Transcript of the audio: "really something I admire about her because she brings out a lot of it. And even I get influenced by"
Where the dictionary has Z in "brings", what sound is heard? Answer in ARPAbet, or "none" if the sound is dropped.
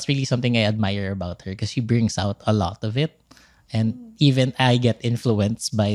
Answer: S